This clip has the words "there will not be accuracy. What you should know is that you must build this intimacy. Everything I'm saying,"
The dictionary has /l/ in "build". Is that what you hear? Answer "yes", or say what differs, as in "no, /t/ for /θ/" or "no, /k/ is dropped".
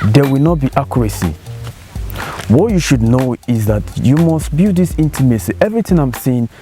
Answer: no, /l/ is dropped